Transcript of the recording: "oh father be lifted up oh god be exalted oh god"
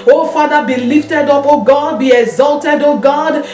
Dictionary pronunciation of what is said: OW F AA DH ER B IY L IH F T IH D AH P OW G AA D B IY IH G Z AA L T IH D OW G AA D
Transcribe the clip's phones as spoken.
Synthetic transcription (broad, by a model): OW F AA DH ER B IY L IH F T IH D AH P OW G AA D B IY IH G Z AA L T IH D OW G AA D